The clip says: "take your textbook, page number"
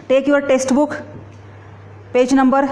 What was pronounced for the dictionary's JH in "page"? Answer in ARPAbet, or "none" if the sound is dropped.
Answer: JH